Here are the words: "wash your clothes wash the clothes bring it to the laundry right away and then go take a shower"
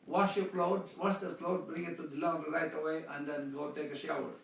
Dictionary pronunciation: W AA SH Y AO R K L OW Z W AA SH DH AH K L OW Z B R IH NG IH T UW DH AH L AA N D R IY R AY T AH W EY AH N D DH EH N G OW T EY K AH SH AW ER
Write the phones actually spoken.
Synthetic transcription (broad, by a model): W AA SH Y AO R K L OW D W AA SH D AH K L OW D B R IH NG IH T UW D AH L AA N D IY R AY T AH W EY AH N D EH N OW T EY K AH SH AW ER